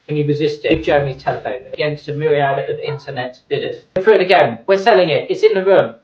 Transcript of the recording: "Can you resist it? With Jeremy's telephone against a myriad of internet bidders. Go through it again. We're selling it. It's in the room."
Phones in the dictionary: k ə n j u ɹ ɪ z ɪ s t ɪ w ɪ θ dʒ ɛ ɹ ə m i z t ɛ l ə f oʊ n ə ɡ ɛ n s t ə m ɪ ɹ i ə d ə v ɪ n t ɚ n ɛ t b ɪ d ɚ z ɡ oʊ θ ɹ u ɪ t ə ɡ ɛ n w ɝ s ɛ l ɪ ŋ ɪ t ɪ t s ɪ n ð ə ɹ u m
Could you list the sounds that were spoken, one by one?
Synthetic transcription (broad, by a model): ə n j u ɹ ɪ z ɪ s t ɪ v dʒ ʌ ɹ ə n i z t ɛ l ə f oʊ n ə ɡ ɛ n s t ə m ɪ ɹ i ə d ə v ɪ n t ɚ n ɛ t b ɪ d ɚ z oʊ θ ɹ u ɪ t ə ɡ ɛ n w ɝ s ɛ l ɪ ŋ ɪ t ɪ t s ɪ n ð ə ɹ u m